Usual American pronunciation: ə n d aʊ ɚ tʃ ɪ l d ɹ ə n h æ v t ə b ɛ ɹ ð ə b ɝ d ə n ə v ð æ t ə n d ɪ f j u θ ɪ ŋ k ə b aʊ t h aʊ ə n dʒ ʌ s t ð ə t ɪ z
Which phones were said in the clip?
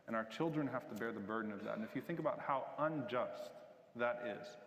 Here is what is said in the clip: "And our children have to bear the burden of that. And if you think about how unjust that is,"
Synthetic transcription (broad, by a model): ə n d aʊ ɚ tʃ ɪ l d ɹ ə n h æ f t ə b ɛ ɹ ð ə b ɝ d n ə v ð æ t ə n ɪ f j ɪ θ ɪ ŋ k ə b aʊ t h aʊ ə n dʒ ʌ s t ð ə t ɪ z